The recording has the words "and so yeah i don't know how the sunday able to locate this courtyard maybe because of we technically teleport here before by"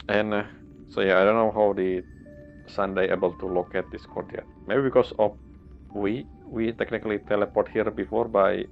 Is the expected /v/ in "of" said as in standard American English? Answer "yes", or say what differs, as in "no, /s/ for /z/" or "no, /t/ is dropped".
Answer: no, /w/ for /v/